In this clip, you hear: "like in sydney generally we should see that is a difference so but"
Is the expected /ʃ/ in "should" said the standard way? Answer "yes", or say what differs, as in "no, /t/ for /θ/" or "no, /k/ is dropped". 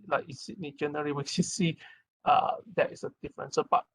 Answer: no, /s/ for /ʃ/